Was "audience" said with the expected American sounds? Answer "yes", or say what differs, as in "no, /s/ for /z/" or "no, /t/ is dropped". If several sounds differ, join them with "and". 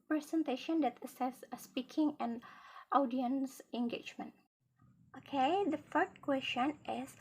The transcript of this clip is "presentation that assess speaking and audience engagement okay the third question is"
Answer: yes